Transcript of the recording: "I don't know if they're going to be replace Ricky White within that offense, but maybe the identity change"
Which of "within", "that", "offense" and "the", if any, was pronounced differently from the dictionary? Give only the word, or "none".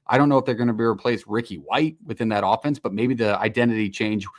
none